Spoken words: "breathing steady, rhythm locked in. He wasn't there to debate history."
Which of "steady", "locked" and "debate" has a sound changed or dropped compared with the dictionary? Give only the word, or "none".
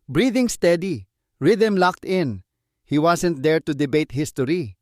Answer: none